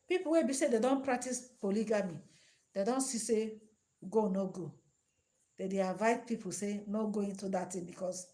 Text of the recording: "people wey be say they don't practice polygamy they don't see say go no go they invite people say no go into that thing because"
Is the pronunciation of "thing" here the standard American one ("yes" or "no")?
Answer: no